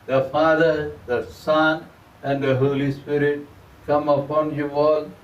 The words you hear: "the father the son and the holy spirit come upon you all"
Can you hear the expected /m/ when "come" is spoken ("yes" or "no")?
yes